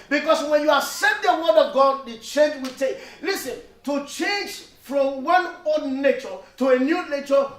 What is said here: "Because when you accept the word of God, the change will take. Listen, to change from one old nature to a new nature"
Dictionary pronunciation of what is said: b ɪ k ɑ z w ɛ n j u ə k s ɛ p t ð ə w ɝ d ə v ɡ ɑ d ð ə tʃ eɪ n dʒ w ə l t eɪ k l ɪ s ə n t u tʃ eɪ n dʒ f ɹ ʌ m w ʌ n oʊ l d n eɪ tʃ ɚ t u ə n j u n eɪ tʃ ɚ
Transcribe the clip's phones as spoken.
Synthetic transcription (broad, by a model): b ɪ k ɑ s w ɛ n j u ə s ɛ t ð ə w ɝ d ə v ɡ ɑ d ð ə tʃ eɪ n dʒ w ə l t eɪ k l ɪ s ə n t u tʃ eɪ n dʒ f ɹ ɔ m w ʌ n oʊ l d n eɪ tʃ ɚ t u ə n j u n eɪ tʃ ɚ